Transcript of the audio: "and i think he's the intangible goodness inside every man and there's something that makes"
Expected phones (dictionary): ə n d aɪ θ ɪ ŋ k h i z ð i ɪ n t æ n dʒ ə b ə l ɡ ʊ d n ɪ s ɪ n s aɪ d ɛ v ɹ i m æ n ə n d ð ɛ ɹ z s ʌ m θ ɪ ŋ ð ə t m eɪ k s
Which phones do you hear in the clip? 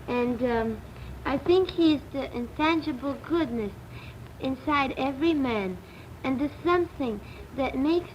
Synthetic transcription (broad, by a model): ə n d aɪ θ ɪ ŋ k h i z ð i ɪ n t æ n dʒ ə b l ɡ ʊ d n ɪ s ɪ n s aɪ d ɛ v ɹ i m æ n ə n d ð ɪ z s ʌ m θ ɪ ŋ ð ə t m eɪ k s